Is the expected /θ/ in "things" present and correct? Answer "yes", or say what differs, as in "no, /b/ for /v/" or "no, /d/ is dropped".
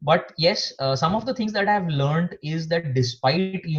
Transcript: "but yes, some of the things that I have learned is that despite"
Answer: no, /t/ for /θ/